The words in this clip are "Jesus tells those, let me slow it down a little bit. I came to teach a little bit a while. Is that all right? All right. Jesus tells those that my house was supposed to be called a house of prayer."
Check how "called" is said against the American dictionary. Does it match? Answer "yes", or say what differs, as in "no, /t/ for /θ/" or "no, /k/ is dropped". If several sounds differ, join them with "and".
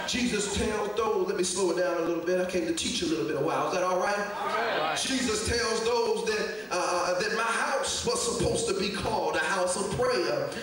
yes